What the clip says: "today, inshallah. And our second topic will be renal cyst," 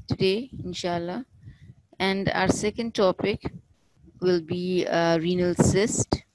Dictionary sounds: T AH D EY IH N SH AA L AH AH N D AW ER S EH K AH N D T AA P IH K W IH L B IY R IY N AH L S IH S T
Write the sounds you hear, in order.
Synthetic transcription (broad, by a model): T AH D EY IH N SH AA L AH AH N D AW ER S EH K AH N D T AA P IH K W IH L B IY R IY N AH L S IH S T